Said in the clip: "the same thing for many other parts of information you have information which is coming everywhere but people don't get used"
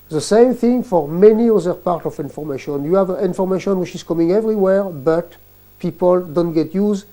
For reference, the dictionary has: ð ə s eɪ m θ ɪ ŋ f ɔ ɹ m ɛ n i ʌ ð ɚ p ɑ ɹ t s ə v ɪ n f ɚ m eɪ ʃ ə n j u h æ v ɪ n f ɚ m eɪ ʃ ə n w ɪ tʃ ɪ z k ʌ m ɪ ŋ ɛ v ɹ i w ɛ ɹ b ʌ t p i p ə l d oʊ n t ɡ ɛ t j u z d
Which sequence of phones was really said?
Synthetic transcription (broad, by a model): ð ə s eɪ m θ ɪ ŋ f ɔ ɹ m ɛ n i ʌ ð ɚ p ɑ ɹ t ə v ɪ n f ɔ m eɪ ʃ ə n j u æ v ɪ n f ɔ m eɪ ʃ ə n w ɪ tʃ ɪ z k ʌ m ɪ ŋ ɛ v ɹ i w ɛ ɹ b ʌ t p i p ə l d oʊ n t ɡ ɛ t j u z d